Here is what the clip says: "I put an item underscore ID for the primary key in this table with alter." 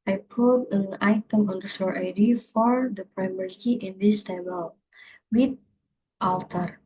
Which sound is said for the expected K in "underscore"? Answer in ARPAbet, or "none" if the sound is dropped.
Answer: none